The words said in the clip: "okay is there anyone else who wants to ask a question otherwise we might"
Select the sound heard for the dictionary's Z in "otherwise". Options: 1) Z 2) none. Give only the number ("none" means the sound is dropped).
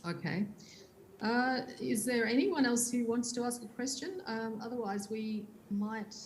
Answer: 1